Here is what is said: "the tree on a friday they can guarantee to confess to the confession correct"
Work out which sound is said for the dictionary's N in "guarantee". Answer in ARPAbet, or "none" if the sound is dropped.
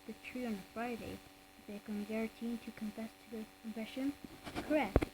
none